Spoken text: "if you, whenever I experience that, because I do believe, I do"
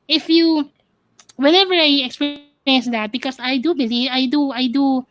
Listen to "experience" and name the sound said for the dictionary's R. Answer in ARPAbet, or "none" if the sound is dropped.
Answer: none